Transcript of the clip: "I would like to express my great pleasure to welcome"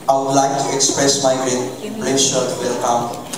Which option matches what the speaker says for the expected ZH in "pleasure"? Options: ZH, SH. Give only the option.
SH